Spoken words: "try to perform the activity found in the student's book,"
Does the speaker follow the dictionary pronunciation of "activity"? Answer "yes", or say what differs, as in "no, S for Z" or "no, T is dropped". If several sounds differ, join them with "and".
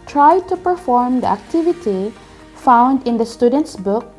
yes